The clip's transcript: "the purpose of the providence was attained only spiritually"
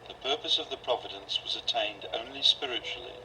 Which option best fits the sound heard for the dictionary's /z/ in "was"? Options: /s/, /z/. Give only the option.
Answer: /z/